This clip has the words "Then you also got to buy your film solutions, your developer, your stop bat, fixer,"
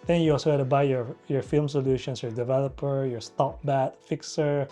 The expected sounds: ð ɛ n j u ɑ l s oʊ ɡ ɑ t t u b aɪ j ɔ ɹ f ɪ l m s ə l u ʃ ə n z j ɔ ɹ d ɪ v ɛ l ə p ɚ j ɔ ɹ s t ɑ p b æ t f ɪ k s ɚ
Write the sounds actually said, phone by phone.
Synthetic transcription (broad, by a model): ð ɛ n j u ɑ l s oʊ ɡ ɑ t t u b aɪ j ɔ ɹ f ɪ l m s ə l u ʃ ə n s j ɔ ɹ d ɪ v ɛ l ə p ɚ j ɔ ɹ s t ɑ p b æ t f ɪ k s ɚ